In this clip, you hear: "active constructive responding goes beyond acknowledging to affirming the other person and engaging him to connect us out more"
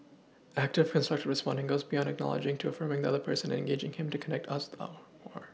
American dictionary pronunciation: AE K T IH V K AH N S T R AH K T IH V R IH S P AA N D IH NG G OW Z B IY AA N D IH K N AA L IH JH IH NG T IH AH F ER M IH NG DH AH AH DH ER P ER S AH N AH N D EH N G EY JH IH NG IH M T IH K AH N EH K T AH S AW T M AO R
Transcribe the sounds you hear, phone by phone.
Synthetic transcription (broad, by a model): AE K T IH V K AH N S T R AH K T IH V R IH S P AA N D IH NG G OW Z B IY AA N D IH K N AA L IH JH IH NG T IH AH F ER M IH NG DH AH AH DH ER P ER S AH N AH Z EH N G EY JH IH NG IH M T IH K AH N EH K T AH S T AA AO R